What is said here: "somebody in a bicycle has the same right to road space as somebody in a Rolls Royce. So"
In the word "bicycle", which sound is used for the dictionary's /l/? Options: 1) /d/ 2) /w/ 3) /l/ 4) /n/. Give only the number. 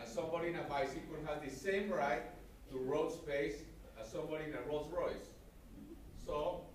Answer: 4